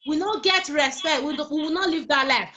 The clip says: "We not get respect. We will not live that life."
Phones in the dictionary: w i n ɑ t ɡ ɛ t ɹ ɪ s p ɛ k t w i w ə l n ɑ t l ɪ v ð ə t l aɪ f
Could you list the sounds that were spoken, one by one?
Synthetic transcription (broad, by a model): w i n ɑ ɡ ɛ t ɹ ɪ s p ɛ k t w i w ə w n ɑ t l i v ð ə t l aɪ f